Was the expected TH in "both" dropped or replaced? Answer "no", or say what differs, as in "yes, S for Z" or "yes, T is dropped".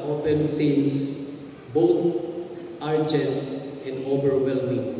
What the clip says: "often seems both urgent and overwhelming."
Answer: yes, T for TH